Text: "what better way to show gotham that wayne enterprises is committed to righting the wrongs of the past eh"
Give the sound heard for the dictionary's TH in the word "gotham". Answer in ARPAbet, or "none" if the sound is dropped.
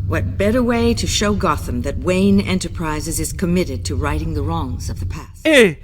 TH